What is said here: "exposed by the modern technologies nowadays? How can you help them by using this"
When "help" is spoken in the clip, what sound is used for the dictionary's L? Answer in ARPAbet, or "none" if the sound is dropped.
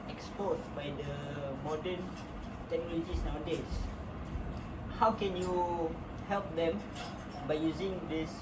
L